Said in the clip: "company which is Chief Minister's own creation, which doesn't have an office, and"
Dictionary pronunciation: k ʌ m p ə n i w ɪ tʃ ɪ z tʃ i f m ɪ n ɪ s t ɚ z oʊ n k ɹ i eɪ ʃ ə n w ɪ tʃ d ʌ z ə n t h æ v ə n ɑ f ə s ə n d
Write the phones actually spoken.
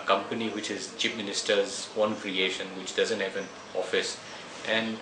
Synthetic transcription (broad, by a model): k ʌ m p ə n i w ɪ tʃ ɪ z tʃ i p m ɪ n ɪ s t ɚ z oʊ n k ɹ i eɪ ʃ ə n w ɪ tʃ d ʌ z ə n t h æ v ə n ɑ f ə s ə n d